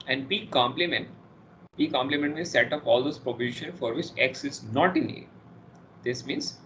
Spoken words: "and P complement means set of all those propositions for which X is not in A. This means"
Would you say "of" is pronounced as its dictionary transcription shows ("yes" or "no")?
no